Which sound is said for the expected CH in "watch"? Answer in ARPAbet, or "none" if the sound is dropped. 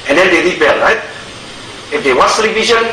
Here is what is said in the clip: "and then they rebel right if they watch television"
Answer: S